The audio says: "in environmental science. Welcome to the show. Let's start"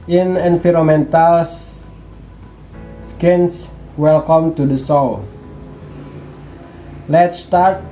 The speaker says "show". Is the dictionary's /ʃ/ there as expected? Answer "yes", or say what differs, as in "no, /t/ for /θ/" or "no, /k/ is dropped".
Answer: no, /s/ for /ʃ/